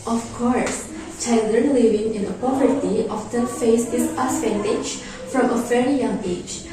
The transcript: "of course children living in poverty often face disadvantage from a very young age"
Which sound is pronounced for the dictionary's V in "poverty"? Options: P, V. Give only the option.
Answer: V